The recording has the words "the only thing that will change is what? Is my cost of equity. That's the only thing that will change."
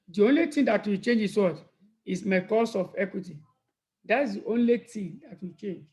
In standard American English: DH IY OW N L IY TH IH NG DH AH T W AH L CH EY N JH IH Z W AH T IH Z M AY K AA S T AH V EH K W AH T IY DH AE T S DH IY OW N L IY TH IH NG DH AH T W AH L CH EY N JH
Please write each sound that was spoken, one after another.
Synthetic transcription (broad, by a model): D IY OW N L IY T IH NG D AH T W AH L CH EY N JH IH S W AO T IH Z M AY K AA S AH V EH K W AH T IY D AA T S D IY OW N L IY T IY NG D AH T W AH CH EY N JH